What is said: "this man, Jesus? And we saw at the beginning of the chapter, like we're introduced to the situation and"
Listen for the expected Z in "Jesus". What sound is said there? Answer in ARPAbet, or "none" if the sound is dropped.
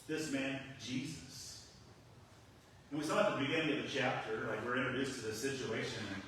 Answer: Z